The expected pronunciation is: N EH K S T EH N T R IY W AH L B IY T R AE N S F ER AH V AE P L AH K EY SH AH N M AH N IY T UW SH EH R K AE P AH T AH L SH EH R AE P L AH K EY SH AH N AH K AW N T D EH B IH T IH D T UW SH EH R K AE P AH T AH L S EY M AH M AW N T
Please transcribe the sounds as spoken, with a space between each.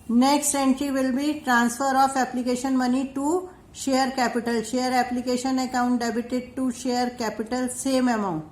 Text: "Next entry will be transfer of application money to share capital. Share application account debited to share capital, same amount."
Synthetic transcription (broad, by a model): N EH K S T EH N T R IY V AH L B IY T R AE N S F ER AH F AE P L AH K EY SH AH N M AH N IY T UW SH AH R K AE P AH T AH L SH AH R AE P L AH K EY SH AH N AH K AW N T D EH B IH T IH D T UW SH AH R K AE P AH T AH L S EY M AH M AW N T